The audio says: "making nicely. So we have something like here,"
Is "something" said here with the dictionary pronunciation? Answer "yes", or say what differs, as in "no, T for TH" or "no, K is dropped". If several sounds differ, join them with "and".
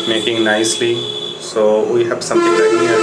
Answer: no, T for TH